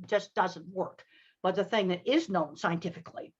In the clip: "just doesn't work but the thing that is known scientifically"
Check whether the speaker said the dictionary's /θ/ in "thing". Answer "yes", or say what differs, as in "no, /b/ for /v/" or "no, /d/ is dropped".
yes